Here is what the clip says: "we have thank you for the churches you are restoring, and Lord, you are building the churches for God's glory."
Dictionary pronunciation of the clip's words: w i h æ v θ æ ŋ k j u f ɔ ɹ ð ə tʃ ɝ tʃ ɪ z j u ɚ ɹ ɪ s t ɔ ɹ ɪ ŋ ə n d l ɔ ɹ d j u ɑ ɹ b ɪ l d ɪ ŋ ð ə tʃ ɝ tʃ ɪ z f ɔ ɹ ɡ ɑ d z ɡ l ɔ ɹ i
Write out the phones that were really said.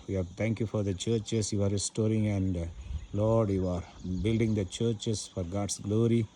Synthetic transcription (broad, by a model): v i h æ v t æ ŋ k j u f ɔ ɹ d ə tʃ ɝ tʃ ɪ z j u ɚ ɹ ɪ s t ɔ ɹ ɪ ŋ ə n d l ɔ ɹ d j u ɑ ɹ b ɪ l d ɪ ŋ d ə tʃ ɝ tʃ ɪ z f ɔ ɹ ɡ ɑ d s ɡ l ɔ ɹ i